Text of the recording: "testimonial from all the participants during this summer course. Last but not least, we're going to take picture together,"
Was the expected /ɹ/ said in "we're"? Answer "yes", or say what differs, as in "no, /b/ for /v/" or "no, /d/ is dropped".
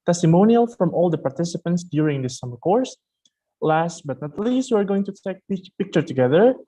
yes